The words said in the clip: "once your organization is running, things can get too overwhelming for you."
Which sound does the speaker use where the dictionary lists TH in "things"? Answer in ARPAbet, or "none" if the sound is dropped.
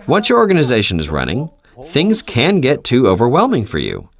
TH